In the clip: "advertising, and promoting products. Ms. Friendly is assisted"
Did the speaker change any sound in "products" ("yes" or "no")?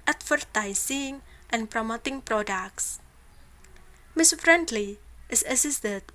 no